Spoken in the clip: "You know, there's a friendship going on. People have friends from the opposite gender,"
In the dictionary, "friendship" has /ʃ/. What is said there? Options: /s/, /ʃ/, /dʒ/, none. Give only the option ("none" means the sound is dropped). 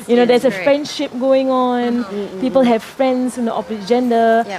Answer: /ʃ/